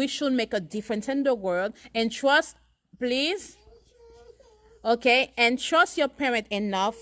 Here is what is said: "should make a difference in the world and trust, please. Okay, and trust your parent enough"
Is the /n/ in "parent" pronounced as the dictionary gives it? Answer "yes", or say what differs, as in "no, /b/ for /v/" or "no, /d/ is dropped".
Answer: no, /n/ is dropped